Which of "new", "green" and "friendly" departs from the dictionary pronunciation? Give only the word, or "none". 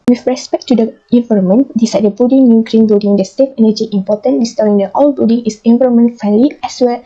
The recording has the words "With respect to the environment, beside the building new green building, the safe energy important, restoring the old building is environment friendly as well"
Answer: friendly